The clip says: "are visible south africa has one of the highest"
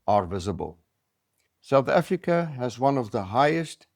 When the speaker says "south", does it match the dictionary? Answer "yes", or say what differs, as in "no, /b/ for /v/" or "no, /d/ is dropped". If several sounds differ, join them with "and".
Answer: yes